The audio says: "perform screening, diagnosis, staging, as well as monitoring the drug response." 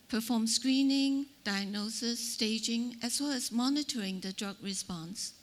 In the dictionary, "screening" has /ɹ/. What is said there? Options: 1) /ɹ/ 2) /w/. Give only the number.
1